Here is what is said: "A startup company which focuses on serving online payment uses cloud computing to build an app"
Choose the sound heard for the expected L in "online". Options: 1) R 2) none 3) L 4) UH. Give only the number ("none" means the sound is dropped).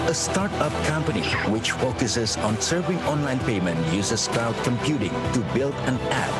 3